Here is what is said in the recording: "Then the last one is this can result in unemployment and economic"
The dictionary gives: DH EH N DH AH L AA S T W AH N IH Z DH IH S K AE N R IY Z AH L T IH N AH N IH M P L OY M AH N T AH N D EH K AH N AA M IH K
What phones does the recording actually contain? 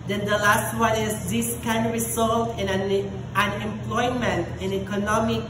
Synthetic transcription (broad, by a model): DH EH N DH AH L AA S T W AH N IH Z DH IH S K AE N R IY S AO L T IH N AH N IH M P L OY M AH N T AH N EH K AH N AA M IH K